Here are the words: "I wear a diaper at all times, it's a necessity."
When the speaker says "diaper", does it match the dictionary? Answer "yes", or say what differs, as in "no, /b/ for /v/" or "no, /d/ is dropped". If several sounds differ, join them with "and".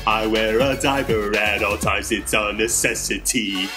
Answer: no, /b/ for /p/